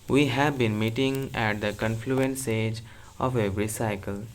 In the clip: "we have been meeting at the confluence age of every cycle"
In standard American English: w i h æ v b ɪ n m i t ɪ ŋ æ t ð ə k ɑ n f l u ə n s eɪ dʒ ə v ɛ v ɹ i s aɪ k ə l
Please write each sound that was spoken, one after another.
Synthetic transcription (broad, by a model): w i h æ v b ɪ n m i t ɪ ŋ æ t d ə k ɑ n f l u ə n s eɪ dʒ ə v ɛ v ɹ i s aɪ k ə l